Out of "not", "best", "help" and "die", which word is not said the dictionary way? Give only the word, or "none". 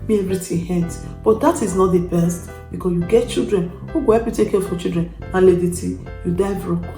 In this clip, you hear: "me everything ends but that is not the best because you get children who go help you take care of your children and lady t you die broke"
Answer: help